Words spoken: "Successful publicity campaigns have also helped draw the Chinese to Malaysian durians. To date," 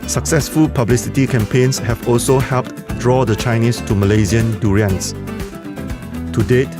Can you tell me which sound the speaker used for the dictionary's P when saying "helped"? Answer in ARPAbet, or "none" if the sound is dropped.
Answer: P